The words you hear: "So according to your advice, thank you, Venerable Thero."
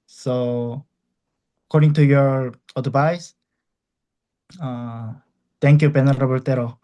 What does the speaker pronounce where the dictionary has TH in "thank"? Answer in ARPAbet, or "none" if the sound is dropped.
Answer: T